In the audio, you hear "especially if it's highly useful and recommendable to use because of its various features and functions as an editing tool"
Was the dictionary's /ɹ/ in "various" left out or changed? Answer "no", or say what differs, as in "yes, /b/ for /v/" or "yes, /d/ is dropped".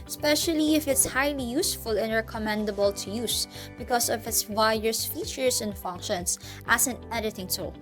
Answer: yes, /ɹ/ is dropped